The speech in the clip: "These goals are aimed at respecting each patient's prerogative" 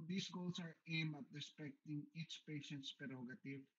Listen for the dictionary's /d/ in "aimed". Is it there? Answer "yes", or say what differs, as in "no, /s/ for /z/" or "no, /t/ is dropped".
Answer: no, /d/ is dropped